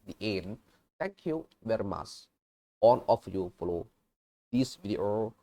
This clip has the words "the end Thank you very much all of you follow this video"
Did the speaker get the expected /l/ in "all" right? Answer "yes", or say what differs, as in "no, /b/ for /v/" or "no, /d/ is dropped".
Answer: no, /n/ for /l/